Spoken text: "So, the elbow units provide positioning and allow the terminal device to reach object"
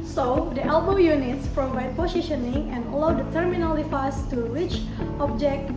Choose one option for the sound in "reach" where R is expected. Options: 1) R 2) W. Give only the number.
2